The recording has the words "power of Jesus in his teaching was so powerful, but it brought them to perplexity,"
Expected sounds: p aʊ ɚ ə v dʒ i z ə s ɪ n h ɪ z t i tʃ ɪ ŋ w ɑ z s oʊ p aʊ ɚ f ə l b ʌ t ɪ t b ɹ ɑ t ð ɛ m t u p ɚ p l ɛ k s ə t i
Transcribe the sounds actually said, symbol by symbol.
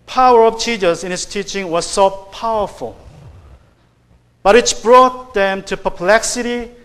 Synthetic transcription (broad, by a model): p aʊ ɚ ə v tʃ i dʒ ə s ɪ n h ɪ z t i tʃ ɪ ŋ w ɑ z s oʊ p aʊ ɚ f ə l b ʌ t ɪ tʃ b ɹ ɑ t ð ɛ m t u p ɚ p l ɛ k s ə t i